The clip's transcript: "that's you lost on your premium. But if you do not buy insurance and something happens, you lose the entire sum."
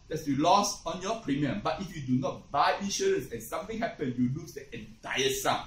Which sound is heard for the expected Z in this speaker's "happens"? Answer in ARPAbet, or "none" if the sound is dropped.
none